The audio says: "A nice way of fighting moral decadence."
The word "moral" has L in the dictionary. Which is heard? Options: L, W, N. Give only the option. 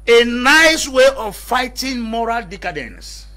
L